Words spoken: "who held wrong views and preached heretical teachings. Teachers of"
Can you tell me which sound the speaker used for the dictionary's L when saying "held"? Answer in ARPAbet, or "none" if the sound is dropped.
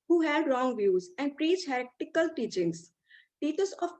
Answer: none